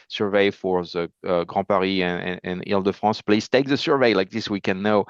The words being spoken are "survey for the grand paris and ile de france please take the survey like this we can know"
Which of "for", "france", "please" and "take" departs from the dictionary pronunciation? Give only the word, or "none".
france